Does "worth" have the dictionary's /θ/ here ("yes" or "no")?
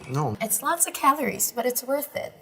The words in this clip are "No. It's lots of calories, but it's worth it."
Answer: yes